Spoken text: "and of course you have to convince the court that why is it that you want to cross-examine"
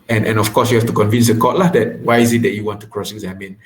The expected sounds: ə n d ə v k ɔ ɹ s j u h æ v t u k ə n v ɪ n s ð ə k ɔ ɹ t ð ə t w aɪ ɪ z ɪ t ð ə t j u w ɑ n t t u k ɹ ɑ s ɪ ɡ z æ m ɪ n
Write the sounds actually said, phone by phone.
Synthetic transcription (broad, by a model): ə n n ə f k ɔ s j u h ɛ f t u k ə n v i n s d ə k ɔ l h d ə t w aɪ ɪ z ɪ t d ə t j u w ɑ n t t u k ɹ ɑ s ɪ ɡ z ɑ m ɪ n